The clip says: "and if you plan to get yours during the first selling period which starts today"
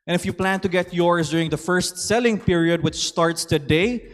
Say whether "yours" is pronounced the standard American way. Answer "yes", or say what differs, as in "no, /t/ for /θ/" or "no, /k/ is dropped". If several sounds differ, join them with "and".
no, /s/ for /z/